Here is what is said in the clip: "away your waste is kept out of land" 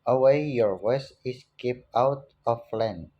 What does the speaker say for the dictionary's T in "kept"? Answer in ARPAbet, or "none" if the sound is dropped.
none